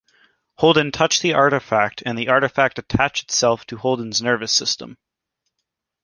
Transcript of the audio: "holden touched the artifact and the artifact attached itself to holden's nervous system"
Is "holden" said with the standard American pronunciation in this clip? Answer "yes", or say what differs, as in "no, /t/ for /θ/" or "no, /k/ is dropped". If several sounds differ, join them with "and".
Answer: yes